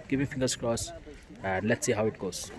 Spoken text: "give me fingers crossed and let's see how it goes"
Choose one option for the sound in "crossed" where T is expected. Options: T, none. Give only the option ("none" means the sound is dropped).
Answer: none